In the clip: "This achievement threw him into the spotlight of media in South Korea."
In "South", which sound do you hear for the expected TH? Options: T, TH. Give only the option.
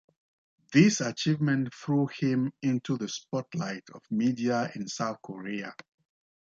TH